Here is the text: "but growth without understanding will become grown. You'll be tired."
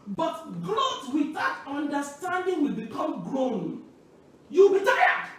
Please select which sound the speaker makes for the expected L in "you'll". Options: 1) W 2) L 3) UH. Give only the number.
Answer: 1